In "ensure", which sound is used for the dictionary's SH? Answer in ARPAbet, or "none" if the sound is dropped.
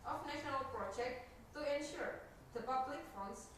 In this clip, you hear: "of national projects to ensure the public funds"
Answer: SH